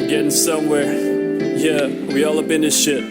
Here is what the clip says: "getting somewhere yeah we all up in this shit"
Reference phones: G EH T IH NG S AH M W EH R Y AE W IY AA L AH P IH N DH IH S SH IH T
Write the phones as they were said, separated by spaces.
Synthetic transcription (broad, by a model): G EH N S AH M W EH R Y AE W IY AA L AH B IH N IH SH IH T